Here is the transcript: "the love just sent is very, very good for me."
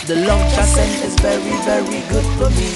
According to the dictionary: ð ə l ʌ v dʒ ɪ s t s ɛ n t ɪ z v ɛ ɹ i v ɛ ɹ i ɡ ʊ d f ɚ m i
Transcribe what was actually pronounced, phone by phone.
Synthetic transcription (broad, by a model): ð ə l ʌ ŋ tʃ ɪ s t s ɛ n ɪ z v ɛ ɹ i v ɛ ɹ i ɡ ʊ d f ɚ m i